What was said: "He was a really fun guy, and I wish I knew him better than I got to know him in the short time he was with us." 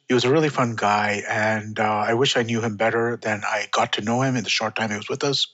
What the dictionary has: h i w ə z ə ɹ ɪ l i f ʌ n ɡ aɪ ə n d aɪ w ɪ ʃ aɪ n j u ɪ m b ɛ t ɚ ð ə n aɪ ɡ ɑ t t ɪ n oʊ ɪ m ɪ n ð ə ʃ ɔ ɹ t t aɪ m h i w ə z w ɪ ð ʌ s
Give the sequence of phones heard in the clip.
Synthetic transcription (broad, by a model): h i w ə z ə ɹ ɪ l i f ʌ n ɡ aɪ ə n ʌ aɪ w ɪ ʃ aɪ n j u ɪ m b ɛ t ɚ ð ə n aɪ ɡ ɑ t t ɪ n oʊ ɪ m ɪ n ð ə ʃ ɔ ɹ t t aɪ m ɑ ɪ w ə z w ɪ ð ʌ s